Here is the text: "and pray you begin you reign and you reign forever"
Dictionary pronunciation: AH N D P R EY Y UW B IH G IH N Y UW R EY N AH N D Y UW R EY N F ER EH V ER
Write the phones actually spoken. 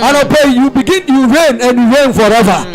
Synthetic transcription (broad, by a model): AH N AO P EY Y UW B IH G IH N Y UW R EY N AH N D Y UW R EY N F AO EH V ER